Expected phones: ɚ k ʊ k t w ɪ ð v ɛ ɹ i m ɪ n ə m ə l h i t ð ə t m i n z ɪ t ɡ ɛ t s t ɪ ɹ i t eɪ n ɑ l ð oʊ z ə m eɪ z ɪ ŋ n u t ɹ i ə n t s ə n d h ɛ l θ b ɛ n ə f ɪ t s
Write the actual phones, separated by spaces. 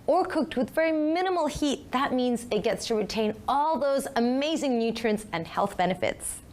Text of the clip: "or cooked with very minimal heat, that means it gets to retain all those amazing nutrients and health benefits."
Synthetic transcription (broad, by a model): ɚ k ʊ k t w ɪ ð v ɛ ɹ i m ɪ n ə m l h i t ð ə t m i n z ɪ t ɡ ɛ t s t ɪ ɹ i t eɪ n ɑ l ð oʊ z ə m eɪ z ɪ ŋ n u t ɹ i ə n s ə n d h ɛ l θ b ɛ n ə f ɪ t s